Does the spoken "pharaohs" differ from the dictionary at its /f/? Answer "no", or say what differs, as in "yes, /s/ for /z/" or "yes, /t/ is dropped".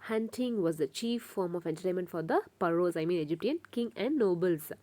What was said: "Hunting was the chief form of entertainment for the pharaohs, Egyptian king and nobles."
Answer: yes, /p/ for /f/